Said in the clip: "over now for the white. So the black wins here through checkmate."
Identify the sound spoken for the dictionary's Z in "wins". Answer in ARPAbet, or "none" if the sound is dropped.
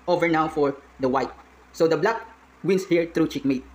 S